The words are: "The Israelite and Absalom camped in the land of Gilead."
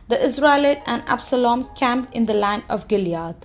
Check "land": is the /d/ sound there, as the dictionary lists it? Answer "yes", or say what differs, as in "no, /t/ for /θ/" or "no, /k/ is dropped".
no, /d/ is dropped